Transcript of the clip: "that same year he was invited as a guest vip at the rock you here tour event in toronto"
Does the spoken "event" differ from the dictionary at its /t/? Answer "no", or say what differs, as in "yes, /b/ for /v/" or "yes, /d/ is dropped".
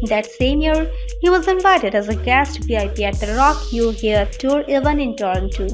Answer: yes, /t/ is dropped